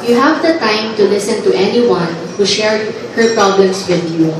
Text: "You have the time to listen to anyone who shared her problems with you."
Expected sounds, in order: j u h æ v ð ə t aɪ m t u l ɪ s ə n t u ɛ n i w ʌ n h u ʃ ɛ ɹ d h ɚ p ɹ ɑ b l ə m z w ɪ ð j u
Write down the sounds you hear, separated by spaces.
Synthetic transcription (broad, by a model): j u h æ v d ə t aɪ m t u l ɪ s ə n t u ɛ n i w ʌ n h u ʃ ɛ ɹ d h ɚ p ɹ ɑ b l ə m s w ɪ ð j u